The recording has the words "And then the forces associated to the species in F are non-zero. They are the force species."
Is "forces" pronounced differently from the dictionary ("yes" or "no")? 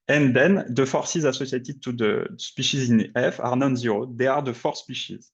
no